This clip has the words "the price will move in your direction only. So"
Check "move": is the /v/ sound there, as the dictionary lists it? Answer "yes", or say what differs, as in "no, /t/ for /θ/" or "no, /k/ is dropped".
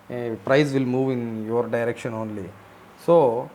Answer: yes